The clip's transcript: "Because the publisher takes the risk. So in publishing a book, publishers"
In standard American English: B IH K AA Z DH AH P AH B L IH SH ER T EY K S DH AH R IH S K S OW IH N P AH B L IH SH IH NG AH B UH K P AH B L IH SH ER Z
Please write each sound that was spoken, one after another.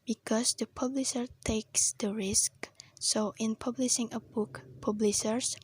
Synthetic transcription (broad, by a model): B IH K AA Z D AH P AH B L IH SH ER T EY K S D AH R IH S K S OW IH N P AH B L IH SH IH NG AH B UH K P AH B L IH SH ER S